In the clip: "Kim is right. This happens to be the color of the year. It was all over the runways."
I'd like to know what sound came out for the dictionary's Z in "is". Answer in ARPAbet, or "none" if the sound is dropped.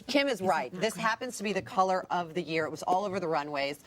Z